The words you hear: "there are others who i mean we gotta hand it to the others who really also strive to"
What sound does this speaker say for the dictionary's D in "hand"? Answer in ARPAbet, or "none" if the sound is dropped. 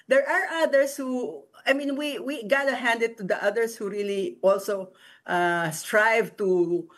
D